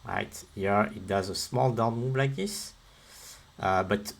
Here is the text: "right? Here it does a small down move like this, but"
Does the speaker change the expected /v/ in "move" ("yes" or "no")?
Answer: yes